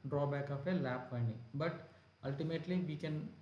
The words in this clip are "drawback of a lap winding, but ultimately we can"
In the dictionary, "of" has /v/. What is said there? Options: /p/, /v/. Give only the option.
/p/